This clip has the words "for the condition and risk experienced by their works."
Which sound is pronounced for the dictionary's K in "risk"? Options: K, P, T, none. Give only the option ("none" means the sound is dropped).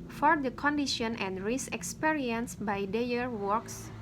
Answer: none